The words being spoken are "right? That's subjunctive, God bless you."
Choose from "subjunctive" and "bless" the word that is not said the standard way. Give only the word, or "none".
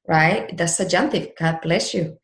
subjunctive